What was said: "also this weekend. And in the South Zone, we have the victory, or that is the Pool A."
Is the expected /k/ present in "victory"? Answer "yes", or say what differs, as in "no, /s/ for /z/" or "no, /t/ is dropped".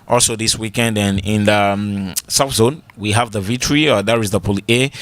no, /k/ is dropped